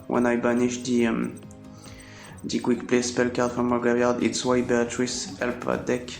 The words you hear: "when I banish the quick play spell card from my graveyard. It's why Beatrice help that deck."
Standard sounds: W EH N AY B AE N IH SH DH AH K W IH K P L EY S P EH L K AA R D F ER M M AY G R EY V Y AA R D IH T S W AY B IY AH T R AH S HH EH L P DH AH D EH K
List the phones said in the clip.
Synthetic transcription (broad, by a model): W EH N AY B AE N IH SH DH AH K W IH K P L EY S P EH L K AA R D F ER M M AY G EY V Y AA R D IH T S W AY B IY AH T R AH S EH L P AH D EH K